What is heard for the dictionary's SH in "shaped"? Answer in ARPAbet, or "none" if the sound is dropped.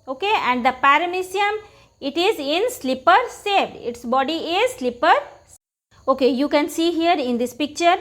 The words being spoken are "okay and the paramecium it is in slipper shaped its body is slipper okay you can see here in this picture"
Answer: S